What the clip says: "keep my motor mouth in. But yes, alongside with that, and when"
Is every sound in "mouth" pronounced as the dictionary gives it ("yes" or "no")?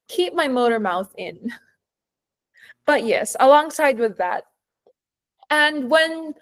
yes